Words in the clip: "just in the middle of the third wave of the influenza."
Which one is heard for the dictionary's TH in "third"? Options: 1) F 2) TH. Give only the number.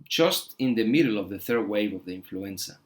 2